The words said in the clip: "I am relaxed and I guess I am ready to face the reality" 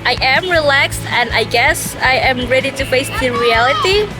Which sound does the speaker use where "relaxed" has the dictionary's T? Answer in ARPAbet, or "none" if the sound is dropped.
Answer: T